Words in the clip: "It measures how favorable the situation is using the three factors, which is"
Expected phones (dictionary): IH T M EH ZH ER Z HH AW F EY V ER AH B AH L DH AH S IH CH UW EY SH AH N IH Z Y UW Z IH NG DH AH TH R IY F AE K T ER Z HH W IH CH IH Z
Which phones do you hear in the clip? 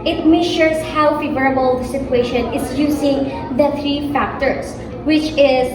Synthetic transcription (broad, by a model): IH T M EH SH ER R HH AW F EY V ER AH B AH L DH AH S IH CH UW EY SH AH N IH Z Y UW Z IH NG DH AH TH R IY F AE K T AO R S W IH CH IH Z